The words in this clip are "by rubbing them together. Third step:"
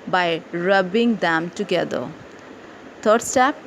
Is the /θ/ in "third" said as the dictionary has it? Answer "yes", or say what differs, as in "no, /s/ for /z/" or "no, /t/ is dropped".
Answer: no, /t/ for /θ/